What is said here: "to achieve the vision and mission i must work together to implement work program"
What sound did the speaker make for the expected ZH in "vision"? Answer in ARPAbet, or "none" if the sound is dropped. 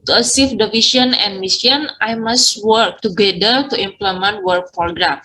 S